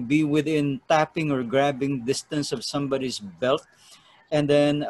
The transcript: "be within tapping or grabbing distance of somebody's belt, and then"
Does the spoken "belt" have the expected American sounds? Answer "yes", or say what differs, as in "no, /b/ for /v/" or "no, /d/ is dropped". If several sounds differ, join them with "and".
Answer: yes